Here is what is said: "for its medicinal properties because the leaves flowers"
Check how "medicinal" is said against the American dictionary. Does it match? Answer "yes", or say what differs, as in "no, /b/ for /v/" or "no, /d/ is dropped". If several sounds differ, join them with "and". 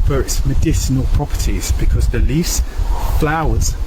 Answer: yes